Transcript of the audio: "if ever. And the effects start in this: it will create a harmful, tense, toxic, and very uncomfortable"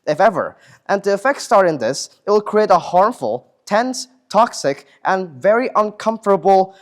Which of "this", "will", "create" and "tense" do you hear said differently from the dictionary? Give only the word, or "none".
none